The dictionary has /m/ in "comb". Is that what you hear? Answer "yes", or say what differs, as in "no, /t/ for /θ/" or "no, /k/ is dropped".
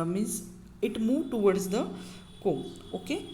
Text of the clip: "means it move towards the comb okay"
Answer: no, /m/ is dropped